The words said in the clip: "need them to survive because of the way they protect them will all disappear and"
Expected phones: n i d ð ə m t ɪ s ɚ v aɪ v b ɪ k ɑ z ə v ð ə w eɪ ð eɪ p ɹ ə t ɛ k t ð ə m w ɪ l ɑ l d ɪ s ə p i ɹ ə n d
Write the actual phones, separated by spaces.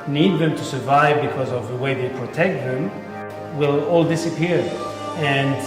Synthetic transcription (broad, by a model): n i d ð ə m t ɪ s ɚ v aɪ v b ɪ k ɑ z ə v ð ə w eɪ ð eɪ p ɹ ə t ɛ k t ð ə m w ɪ l ɑ l d ɪ s ə p i ɹ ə n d